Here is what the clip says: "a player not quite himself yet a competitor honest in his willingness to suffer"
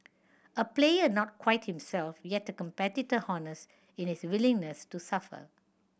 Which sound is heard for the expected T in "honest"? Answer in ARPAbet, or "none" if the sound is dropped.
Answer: none